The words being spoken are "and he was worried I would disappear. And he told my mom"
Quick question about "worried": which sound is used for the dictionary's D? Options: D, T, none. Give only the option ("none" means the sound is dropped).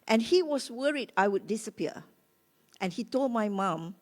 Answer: D